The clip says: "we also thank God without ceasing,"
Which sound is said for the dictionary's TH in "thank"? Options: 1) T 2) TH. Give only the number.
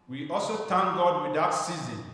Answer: 1